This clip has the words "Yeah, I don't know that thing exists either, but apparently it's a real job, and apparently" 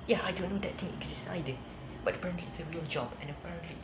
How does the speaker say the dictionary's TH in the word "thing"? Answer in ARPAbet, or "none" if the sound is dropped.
T